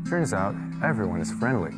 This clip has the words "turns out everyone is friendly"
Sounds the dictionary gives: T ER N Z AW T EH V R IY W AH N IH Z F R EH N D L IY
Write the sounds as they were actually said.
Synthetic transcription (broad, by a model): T ER N Z AW T EH V R IY W AH N IH Z F R EH N D L IY